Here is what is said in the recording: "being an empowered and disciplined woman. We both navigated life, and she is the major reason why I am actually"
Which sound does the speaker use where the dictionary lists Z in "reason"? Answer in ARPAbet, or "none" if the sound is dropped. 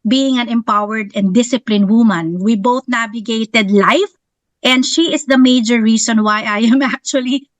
S